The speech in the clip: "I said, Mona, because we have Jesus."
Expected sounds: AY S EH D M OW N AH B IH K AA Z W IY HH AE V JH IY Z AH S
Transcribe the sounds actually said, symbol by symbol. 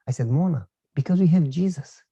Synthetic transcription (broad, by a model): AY S EH D M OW N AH B IH K AA Z W IY HH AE V JH IY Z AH S